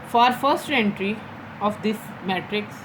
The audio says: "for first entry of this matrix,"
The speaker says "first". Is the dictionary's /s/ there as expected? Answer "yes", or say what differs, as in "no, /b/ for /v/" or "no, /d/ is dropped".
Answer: yes